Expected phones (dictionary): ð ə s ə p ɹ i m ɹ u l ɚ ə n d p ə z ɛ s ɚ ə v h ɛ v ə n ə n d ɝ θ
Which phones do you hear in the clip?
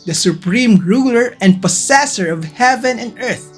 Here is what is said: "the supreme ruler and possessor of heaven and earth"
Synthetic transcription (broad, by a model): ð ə s ə p ɹ i m ɹ u l ɚ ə n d p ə s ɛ s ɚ ə v h ɛ v ə n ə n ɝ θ